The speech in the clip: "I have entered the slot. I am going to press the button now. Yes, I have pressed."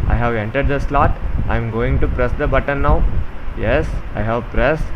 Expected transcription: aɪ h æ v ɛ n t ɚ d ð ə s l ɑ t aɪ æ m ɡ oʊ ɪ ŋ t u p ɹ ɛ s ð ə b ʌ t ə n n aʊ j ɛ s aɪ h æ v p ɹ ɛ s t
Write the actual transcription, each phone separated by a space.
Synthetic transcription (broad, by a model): aɪ h æ v ɛ n t ɚ d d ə s l ɑ t aɪ m ɡ oʊ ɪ ŋ t u p ɹ ɛ s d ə b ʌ t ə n n aʊ j ɛ s aɪ h æ v p ɹ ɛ s